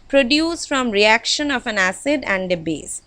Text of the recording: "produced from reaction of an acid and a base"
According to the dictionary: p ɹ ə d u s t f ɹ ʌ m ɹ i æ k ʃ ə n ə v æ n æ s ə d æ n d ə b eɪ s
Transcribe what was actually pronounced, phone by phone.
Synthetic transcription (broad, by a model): p ɹ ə d u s f ɹ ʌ m ɹ i æ k ʃ ə n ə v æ n æ s ə d æ n d ə b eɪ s